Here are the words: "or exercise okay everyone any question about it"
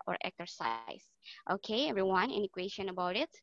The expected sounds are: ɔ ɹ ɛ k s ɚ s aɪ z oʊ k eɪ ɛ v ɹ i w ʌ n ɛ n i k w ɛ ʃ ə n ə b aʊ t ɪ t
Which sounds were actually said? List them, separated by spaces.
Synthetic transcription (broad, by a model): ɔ ɹ ɛ k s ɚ s aɪ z oʊ k eɪ ɛ v ɹ i w ʌ n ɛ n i k w ɛ ʃ ə n ə b aʊ t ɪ t